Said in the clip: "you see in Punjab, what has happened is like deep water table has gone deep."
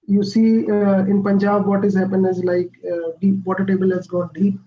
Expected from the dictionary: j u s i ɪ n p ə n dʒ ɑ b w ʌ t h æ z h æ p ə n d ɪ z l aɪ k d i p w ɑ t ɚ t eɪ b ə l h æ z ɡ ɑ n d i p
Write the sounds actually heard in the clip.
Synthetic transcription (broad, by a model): j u s i ɪ n p ə n dʒ ɑ b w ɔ t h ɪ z h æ p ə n ɪ z l aɪ k d i p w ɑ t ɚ t eɪ b ə l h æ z ɡ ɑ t d i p